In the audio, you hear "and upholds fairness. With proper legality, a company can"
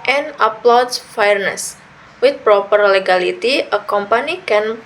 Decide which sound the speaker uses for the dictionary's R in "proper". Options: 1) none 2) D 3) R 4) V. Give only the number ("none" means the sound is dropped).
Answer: 3